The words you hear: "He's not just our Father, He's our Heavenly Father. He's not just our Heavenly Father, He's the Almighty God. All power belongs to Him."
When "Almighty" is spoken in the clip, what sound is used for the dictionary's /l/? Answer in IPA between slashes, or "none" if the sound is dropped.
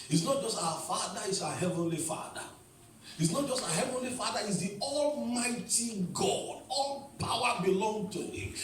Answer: /l/